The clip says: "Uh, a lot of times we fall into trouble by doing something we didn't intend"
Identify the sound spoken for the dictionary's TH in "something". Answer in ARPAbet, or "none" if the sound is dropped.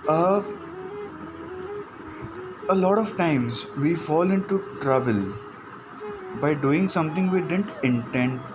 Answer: T